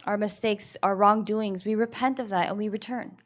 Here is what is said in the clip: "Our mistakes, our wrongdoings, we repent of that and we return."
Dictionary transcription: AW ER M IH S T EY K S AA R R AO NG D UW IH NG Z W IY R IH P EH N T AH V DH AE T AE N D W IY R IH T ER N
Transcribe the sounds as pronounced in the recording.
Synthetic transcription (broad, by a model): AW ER M IH S T EY K S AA R R AO NG D UW IH NG Z W IY R IH P EH N T AH V DH AE T N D W IY R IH T ER N